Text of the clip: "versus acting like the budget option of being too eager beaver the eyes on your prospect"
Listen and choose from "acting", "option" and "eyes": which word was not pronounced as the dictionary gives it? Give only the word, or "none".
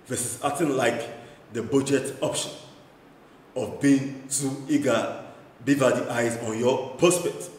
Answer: acting